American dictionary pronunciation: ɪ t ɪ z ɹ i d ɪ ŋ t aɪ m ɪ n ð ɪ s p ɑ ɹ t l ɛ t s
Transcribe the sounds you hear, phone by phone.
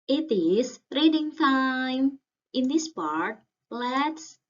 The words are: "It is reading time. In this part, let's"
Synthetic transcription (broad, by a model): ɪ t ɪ s ɹ i d ɪ ŋ t aɪ m ɪ n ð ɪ s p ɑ ɹ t l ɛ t s